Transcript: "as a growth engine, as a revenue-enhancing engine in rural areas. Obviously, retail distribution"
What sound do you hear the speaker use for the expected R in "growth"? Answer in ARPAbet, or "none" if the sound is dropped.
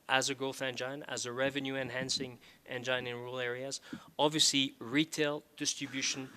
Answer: none